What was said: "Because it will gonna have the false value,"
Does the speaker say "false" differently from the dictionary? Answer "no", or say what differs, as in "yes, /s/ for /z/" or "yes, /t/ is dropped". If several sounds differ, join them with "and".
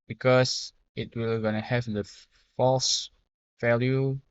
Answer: no